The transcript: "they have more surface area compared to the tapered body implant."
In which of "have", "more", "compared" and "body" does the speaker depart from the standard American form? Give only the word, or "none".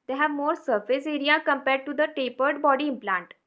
none